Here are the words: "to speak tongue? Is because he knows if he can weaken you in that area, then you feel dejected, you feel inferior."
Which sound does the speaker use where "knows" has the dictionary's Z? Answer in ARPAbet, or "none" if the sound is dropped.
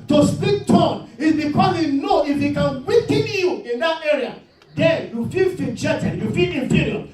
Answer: none